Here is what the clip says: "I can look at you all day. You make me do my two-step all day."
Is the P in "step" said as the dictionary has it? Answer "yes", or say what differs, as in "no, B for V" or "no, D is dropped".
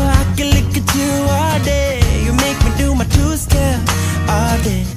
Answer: no, P is dropped